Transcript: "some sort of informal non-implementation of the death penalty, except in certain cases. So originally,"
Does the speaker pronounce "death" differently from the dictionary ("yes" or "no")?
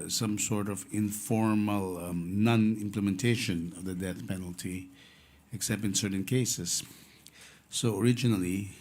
no